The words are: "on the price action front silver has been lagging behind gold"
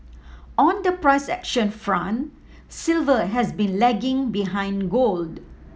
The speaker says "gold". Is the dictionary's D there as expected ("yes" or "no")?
yes